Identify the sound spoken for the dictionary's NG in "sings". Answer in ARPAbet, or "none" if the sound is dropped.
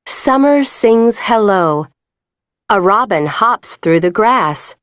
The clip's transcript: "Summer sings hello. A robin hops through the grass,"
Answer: NG